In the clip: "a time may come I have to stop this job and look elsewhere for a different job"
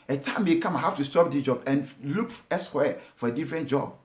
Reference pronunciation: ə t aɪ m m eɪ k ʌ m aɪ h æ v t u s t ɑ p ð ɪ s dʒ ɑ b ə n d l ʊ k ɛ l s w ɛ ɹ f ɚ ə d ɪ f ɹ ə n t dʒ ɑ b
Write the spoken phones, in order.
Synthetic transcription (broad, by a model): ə t aɪ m m eɪ k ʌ m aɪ h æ f t u s t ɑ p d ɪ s dʒ ɑ b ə n l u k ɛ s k w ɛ f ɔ ə d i f ɹ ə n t dʒ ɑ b